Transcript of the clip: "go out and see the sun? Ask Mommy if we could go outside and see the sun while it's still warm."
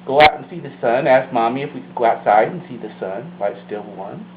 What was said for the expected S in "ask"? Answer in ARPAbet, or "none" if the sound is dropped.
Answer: S